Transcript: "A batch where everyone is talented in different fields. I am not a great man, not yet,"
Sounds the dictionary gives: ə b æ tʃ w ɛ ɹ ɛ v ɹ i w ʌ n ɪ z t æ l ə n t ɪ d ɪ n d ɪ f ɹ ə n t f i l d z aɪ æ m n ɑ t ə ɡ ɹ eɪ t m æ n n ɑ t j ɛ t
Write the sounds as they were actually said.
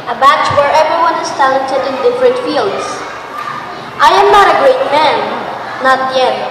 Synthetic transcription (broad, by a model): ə b æ tʃ w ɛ ɹ ɛ v ɹ i w ʌ n ɪ z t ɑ ə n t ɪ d ɪ n d ɪ f ɹ ə n t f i l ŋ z aɪ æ m n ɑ t ə ɡ ɹ eɪ t m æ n n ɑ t j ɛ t